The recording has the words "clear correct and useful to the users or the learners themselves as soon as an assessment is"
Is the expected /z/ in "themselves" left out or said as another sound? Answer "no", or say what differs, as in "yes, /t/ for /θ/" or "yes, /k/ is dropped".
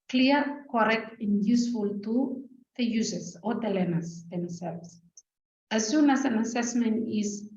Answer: yes, /s/ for /z/